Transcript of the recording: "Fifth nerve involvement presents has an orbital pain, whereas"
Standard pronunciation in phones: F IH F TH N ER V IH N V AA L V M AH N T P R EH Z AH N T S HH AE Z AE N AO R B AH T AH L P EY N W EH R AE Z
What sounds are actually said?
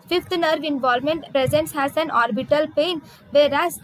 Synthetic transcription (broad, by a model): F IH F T N ER V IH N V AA L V M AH N T P R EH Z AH N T S HH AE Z AE N AO R B AH T AH L P EY N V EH R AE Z